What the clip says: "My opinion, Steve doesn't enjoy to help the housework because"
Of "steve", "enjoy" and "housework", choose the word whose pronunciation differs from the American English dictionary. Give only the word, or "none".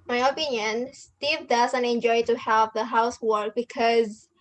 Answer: none